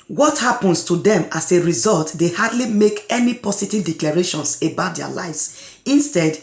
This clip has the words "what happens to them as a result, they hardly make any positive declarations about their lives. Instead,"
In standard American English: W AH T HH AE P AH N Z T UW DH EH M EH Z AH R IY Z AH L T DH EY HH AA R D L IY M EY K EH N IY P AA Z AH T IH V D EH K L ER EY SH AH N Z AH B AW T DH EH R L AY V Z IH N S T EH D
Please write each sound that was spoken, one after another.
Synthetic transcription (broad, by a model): W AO T HH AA P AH N S T UW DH EH M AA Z AH R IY Z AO L T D EY HH AA D L IY M EY K EH N IY P AA S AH T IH V D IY K L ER EY SH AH N S AH B AW T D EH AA L AY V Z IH N S T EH D